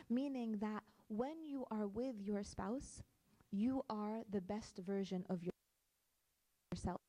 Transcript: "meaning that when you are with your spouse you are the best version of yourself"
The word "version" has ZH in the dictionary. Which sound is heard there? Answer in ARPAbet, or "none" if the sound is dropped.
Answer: ZH